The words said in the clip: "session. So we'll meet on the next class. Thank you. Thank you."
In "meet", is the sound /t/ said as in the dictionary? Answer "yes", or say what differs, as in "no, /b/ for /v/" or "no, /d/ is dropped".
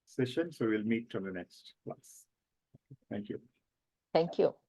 yes